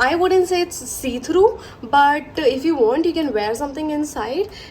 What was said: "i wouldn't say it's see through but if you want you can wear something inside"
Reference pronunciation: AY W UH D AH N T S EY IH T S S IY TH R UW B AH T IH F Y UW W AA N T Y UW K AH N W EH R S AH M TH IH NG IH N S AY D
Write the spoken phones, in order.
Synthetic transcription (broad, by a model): AY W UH D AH N T S EY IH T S S IY T R UW B AH T IH F Y UW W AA N T Y UW K AH N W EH R S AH M T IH NG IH N S AY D